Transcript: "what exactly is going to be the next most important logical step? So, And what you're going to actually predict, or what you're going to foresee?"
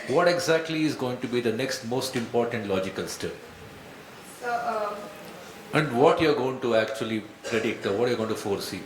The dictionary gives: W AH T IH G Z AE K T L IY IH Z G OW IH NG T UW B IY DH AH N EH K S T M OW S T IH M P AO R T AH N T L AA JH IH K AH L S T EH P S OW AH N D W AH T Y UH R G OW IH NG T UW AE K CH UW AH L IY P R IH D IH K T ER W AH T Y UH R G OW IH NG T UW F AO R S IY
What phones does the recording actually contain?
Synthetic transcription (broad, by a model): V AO T IH G Z AE K T L IY IH Z G OW IH NG T UW B IY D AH N EH K S T M OW S T IH M P AO R T AH N T L AA JH IH K AH L S T EH P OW AH N D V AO T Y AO R G OW IH NG T UW AE K CH UW AH L IY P R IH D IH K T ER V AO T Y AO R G OW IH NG T UW F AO R S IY